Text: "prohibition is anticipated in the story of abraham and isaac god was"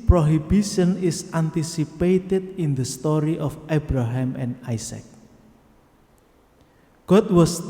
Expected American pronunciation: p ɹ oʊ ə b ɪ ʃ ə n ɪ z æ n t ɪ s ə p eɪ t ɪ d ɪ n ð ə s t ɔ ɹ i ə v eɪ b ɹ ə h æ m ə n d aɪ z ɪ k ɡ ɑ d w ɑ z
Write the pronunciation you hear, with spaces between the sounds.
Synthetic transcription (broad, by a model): p ɹ oʊ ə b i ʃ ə n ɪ s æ n t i s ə p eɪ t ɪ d ɪ n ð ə s t ɔ ɹ i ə f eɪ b ɹ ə h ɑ m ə n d aɪ s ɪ k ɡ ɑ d w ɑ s